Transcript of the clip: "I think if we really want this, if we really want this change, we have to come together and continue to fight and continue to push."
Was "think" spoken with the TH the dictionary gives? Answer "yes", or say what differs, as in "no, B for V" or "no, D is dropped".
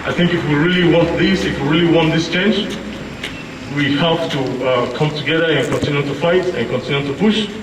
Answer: yes